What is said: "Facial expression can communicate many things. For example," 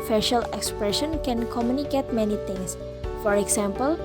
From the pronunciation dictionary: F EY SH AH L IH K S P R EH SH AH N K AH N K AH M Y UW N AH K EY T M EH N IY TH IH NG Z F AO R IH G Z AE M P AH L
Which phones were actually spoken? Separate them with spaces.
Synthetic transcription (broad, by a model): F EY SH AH L IH K S P R EH SH AH N K AH N K AH M Y UW N AH K EY T M EH N IY T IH NG S F AO R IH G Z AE M P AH L